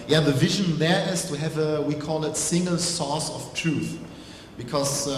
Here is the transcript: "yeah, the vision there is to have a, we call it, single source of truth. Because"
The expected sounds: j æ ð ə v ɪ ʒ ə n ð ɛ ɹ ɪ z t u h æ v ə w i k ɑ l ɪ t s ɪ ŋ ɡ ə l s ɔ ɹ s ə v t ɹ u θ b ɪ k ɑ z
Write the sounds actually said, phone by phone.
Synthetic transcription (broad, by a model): j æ ð ə v ɪ ʒ ə n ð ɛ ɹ ɪ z t u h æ v ə w i k ɑ l ɪ t s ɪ ŋ ɡ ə l s ɔ s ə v t ɹ u θ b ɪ k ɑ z